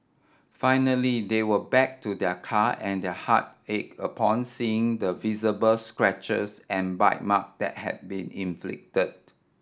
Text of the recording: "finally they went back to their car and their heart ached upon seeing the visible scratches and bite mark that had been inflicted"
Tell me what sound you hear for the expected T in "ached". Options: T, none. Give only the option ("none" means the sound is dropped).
none